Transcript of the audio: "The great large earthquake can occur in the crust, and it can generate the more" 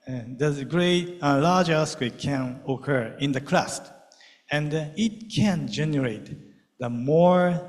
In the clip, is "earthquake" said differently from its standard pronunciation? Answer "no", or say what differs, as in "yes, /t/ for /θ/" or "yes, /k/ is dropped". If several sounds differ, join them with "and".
yes, /s/ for /θ/